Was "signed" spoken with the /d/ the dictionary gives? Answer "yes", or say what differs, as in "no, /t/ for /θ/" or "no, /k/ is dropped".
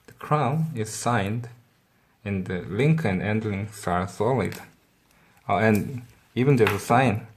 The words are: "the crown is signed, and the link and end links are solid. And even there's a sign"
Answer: yes